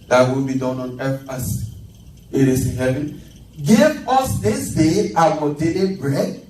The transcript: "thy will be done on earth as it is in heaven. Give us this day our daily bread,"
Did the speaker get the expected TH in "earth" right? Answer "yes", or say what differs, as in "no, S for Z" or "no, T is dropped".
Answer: no, F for TH